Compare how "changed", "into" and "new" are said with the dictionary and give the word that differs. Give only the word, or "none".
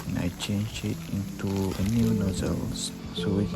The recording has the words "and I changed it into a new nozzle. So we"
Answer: changed